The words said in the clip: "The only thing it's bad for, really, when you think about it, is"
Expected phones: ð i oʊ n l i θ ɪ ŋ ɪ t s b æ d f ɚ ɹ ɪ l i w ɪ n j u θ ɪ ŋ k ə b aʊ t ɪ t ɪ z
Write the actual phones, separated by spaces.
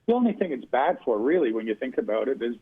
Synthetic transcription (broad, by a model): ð i oʊ n l i θ ɪ ŋ ɪ t s b æ d f ɚ ɹ ɪ l i w ɪ n j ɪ θ ɪ ŋ k ə b aʊ t ɪ t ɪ z